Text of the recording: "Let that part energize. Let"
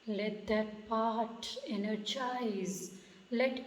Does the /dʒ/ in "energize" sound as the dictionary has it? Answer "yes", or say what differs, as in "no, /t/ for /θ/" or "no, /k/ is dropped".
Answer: no, /tʃ/ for /dʒ/